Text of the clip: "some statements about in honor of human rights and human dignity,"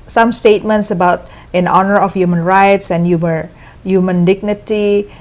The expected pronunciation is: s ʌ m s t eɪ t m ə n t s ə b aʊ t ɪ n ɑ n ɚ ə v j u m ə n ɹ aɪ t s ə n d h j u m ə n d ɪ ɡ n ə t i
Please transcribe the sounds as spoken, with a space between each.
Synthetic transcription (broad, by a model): s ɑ m s t eɪ t m ə n t s ə b aʊ t ɪ n ɑ n ɚ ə f j u m ə n ɹ aɪ t s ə n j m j u m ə n d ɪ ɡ n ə t i